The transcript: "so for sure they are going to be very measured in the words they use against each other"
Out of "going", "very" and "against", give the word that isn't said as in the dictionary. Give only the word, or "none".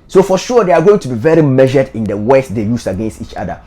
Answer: none